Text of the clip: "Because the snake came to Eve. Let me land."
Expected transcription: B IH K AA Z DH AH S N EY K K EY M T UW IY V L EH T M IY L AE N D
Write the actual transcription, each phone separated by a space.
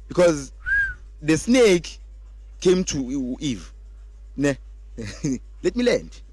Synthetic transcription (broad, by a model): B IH K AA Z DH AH S N EY K K EY M T UW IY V L EH T M IY L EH N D